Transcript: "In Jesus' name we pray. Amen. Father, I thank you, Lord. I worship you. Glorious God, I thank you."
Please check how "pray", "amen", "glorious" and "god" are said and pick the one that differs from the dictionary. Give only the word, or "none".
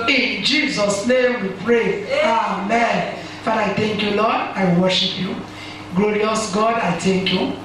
none